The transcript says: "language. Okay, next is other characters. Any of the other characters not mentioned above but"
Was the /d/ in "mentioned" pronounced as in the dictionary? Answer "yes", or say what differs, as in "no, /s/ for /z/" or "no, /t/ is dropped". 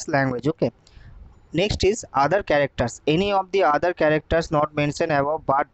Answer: no, /d/ is dropped